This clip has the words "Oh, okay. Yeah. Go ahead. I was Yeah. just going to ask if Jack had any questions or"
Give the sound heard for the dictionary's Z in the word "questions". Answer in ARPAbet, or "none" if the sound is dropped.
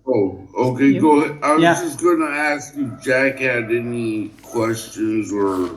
Z